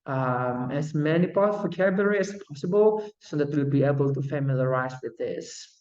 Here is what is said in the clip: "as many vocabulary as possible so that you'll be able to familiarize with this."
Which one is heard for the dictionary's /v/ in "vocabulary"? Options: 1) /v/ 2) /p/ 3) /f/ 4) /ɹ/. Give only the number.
2